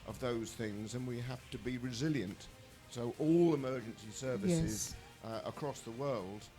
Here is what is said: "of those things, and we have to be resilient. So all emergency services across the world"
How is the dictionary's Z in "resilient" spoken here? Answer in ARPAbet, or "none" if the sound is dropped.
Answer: Z